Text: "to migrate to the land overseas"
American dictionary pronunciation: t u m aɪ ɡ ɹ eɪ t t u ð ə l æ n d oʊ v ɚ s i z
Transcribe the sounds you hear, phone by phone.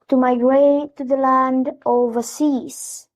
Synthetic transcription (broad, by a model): t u m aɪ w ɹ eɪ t t u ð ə l æ n d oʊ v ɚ s i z